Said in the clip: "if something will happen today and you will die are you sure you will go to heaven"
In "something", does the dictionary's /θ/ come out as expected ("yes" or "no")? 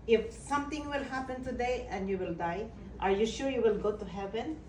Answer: no